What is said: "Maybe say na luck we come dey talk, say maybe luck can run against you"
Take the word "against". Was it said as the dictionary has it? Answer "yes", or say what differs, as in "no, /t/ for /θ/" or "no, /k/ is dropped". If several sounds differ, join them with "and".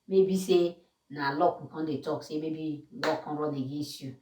no, /n/ is dropped